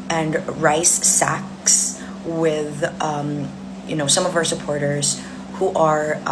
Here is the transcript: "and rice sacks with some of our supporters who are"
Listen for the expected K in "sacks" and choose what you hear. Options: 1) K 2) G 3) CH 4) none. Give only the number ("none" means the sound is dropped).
1